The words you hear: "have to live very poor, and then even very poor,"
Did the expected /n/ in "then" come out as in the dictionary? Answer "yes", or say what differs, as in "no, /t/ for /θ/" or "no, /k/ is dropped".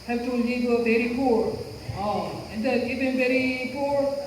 no, /n/ is dropped